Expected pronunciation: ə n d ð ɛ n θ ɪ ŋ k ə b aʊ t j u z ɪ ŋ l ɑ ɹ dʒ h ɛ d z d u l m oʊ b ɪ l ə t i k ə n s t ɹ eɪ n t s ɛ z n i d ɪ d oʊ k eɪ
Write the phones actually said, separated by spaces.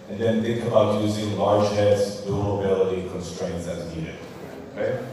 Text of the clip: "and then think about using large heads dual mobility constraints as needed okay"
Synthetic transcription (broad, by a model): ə n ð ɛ n θ ɪ ŋ k ə b aʊ t j u z ɪ ŋ l ɑ ɹ dʒ h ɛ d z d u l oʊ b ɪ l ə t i k ə n s t ɹ eɪ n t s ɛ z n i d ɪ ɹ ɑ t